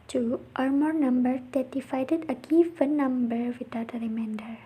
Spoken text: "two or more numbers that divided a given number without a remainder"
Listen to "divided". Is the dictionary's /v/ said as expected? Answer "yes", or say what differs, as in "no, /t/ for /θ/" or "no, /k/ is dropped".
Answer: no, /f/ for /v/